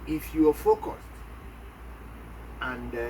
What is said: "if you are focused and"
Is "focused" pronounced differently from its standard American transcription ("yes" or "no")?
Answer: no